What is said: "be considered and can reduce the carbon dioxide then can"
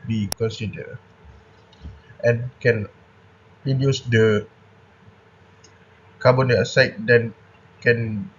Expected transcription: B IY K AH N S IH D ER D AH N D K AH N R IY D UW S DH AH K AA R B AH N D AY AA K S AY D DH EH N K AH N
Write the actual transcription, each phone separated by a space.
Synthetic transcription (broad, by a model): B IY K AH N S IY D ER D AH N K AH N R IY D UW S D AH K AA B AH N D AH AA S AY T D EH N K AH N